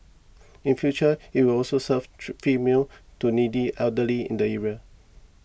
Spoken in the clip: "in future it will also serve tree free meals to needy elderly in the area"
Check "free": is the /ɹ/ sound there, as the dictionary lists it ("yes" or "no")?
no